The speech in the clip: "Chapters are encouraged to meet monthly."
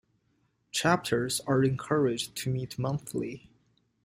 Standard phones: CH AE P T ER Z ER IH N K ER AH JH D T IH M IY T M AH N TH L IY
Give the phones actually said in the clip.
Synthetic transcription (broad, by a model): CH AE P T ER Z ER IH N K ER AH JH T IH M IY T M AH N TH L IY